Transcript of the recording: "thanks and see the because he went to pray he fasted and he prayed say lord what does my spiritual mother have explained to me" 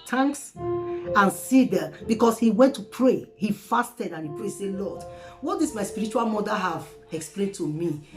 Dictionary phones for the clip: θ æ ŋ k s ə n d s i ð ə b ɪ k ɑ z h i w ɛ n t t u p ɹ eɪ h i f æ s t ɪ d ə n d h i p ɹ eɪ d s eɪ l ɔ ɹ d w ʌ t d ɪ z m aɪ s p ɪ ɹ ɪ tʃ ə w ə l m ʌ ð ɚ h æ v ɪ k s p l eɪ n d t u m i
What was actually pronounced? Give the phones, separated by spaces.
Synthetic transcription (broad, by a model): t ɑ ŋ k s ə n s i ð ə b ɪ k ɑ s h i w ɛ n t t u p ɹ eɪ h i f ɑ s t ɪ d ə n h i p ɹ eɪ s eɪ l ɔ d w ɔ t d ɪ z m aɪ s p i ɹ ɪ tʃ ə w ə l m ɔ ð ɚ h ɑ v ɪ k s p l eɪ n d t u m i